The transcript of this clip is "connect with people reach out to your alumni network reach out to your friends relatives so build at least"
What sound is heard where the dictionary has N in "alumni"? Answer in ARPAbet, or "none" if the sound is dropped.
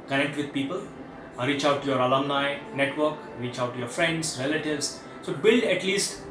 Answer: N